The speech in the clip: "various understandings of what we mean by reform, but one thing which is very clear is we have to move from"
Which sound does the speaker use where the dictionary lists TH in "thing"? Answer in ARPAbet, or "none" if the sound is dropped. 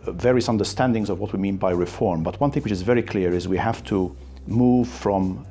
TH